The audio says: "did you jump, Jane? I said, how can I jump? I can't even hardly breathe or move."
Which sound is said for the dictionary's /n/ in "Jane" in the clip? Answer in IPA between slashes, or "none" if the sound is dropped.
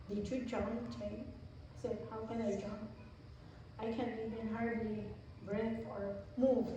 none